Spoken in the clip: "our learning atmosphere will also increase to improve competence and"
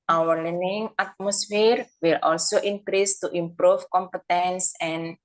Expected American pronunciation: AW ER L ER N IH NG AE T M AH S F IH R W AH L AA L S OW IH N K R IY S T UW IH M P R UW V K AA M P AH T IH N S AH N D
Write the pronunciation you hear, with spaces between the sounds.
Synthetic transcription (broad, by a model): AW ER L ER N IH NG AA T M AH S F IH R W AH L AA L S OW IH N K R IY S T UW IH M P R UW F K AA M P AH T IH N S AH N